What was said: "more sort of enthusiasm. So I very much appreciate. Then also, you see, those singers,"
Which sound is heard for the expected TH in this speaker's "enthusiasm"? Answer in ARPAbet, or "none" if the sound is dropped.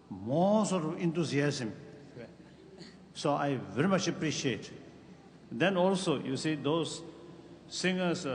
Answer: T